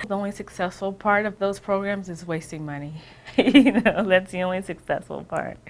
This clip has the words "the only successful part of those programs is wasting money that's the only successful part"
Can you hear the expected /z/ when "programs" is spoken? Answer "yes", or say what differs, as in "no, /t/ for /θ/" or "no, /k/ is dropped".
yes